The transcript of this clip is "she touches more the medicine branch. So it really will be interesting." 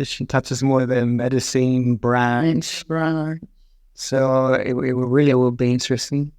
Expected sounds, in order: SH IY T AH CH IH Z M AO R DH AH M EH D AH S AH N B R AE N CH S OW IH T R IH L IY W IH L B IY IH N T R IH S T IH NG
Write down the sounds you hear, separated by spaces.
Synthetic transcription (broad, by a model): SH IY T AH CH IH Z M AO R DH AH M EH D AH S AH N B R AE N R S OW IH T R IH L IY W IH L B IY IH N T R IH S T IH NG